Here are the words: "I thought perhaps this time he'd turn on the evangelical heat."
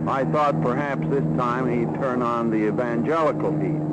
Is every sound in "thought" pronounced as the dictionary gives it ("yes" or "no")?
yes